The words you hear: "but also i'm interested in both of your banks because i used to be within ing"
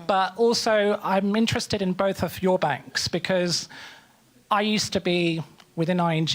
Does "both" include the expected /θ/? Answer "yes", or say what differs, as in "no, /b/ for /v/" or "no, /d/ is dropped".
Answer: yes